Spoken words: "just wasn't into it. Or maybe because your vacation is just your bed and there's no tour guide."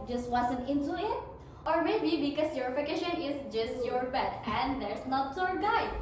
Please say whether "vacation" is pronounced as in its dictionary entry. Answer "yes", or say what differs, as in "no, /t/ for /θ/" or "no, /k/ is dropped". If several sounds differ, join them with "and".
no, /f/ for /v/